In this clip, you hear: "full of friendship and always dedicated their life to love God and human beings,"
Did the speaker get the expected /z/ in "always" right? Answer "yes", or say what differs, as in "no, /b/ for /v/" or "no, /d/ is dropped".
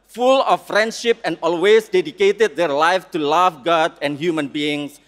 no, /s/ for /z/